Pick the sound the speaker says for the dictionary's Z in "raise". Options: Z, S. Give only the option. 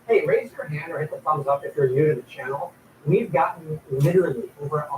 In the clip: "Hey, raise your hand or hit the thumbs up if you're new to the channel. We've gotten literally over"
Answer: Z